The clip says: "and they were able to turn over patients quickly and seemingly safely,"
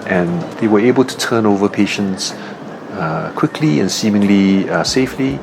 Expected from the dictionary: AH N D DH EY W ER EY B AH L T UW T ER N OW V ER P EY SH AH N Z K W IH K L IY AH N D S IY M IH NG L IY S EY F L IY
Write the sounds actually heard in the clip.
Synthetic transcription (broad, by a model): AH N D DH EY W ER EY B AH L T UW T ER N OW V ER P EY SH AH N S K W IH K L IY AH N S IY M IH NG L IY S EY F L IY